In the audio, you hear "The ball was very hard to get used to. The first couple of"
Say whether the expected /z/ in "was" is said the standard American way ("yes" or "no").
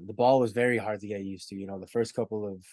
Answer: yes